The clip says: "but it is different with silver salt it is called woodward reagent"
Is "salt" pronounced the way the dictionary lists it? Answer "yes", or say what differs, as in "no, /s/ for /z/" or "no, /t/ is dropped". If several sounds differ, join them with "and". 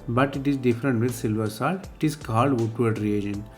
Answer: no, /t/ is dropped